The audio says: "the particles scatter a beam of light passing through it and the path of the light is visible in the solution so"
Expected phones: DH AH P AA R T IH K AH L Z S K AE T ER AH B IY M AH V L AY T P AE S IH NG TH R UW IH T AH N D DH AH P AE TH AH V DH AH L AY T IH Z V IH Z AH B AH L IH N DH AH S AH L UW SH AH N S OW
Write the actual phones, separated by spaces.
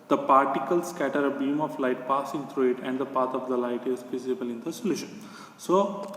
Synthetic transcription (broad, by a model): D AH P AA R T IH K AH L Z S K AE T ER AH B IY M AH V L AY T P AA S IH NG T R UW IH T AH N D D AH P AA T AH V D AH L AY T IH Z F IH S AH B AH L IH N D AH S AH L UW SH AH N S OW